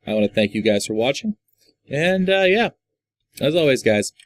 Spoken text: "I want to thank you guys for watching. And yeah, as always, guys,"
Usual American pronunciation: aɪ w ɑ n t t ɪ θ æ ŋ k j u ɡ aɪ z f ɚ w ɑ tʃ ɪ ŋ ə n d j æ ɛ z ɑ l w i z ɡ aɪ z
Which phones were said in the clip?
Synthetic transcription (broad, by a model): aɪ w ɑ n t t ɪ θ æ ŋ k j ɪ ɡ aɪ z f ɚ w ɑ tʃ ɪ ŋ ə n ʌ j æ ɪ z ɑ l w i z ɡ aɪ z